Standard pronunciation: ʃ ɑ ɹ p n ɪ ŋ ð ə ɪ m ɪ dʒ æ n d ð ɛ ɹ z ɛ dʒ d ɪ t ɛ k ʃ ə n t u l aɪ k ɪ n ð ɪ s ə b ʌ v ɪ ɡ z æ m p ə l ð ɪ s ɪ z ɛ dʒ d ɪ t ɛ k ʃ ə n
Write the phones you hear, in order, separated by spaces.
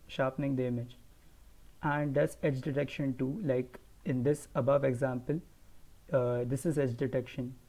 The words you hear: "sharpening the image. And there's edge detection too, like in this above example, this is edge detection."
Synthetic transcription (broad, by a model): ʃ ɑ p n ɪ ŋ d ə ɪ m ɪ dʒ æ n d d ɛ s ɛ dʒ d ɪ t ɛ k ʃ ə n t u l aɪ k ɪ n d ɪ s ə b ʌ v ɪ ɡ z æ m p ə l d ɪ s ɪ z ɛ dʒ d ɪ t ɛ k ʃ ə n